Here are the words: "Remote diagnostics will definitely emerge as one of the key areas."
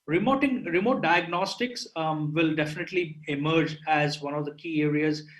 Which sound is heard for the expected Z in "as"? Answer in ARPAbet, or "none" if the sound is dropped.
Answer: Z